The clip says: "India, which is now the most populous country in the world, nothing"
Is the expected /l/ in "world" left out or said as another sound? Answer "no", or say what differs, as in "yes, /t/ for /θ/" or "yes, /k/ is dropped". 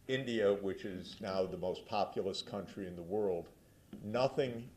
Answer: no